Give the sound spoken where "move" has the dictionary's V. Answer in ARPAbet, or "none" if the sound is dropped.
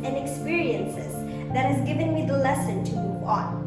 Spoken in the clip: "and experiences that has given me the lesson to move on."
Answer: P